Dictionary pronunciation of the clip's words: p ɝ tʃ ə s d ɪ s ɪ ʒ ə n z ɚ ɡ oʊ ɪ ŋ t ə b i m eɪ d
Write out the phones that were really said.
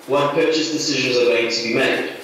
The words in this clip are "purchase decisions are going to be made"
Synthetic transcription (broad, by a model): p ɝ tʃ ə s d ɪ s ɪ ʒ ə n z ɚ ɡ oʊ ɪ ŋ t ə b i m eɪ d